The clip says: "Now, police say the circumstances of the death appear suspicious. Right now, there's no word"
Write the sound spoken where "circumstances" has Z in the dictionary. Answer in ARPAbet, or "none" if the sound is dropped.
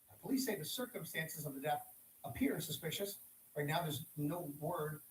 Z